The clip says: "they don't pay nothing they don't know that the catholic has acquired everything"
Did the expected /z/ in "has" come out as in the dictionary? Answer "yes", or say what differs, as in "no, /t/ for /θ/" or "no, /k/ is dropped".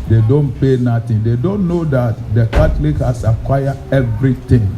no, /s/ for /z/